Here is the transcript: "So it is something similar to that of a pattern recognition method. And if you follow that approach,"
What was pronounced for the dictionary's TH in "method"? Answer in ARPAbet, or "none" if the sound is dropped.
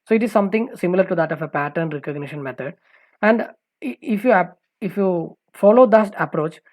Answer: T